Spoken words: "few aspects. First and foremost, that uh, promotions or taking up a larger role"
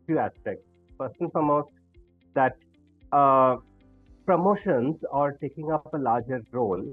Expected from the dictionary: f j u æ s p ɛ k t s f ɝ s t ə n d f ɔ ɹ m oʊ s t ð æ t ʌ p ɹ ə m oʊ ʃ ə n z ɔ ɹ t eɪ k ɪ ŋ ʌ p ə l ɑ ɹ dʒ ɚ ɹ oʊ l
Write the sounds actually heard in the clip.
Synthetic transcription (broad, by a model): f j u æ s p ɛ k t s p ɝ s ə n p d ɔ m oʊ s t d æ t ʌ p ɹ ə m oʊ ʃ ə n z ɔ ɹ t eɪ k ɪ ŋ ʌ p ə l ɑ ɹ dʒ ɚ ɹ oʊ l